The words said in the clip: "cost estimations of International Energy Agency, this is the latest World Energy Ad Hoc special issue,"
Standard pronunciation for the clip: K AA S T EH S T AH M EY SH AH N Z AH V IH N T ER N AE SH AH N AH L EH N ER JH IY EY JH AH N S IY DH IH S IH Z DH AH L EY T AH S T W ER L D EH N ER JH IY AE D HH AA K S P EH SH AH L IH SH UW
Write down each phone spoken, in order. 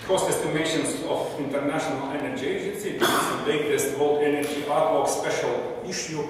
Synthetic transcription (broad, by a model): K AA S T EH S T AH M EY SH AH N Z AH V IH N T ER N AE SH AH N AH L EH N ER JH IY EY JH AH N S IY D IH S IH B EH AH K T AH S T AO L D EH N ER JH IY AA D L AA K S P EH SH AH L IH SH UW